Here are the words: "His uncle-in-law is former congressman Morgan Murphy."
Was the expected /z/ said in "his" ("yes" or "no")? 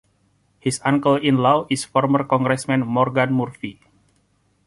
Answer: no